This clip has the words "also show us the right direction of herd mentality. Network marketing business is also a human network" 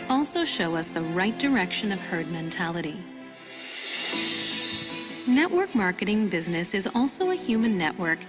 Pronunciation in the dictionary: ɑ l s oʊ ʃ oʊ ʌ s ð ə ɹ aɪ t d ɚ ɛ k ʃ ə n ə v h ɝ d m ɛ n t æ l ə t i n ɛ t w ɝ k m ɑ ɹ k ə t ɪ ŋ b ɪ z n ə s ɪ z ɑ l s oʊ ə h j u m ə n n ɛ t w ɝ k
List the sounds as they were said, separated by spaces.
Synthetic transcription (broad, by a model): ɑ l s oʊ ʃ oʊ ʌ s ð ə ɹ aɪ t d ɚ ɛ k ʃ ə n ə v h ɝ d m ɛ n t æ l ə t i n ɛ t w ɝ k m ɑ ɹ k ə t ɪ ŋ b ɪ z n ə s ɪ z ɑ l s oʊ ə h j u m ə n n ɛ t w ɝ k